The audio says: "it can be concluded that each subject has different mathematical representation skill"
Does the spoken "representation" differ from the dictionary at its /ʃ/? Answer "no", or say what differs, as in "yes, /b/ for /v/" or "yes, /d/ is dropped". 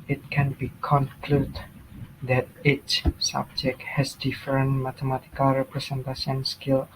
yes, /s/ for /ʃ/